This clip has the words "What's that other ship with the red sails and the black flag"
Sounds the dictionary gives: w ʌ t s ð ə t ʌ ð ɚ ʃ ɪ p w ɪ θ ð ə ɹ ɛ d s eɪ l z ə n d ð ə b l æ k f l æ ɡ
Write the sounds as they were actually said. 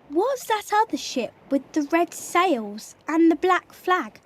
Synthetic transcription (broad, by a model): w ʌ t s ð ə t ʌ ð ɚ ʃ ɪ p w ɪ ð ə ɹ ɛ d s eɪ l z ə n ð ə b l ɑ k f l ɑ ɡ